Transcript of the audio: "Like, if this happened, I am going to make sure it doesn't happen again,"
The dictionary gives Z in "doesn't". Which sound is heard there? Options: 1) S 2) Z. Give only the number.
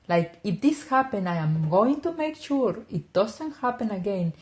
1